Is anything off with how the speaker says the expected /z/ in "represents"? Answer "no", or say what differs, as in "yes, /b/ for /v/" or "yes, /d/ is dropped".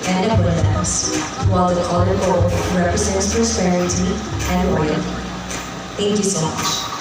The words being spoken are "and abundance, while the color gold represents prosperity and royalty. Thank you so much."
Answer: no